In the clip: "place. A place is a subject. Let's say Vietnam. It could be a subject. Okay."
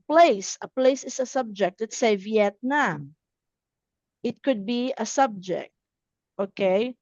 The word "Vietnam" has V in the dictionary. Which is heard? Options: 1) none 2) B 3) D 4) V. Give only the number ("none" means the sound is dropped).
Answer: 4